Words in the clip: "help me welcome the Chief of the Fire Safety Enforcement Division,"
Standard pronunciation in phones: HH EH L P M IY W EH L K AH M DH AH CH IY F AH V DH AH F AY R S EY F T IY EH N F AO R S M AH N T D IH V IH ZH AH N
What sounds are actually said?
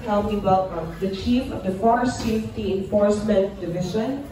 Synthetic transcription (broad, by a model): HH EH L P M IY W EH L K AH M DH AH CH IY F AH V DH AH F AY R S EY F T IY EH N F AO R S M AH N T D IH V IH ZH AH N